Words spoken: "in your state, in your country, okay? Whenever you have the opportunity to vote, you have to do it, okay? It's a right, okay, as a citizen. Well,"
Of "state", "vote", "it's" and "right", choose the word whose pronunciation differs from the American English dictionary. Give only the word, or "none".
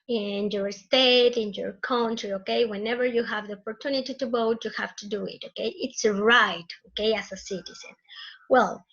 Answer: vote